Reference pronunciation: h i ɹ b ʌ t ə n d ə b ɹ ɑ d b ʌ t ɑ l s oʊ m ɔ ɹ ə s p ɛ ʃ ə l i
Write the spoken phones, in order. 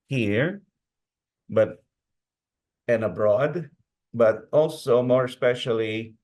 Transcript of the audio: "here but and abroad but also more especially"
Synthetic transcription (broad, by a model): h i ɹ b ʌ t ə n ə b ɹ ɑ d b ʌ t ɑ l s oʊ m ɔ ɹ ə s p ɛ ʃ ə l i